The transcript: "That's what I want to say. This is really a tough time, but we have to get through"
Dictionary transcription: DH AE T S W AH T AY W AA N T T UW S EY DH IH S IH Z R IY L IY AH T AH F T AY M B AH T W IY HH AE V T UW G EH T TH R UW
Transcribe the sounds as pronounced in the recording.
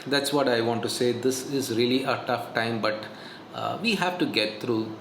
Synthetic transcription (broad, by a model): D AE T S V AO T AY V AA N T T UW S EY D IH S IH Z R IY L IY AH T AH F T AY M B AH T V IY HH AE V T UW G EH T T R UW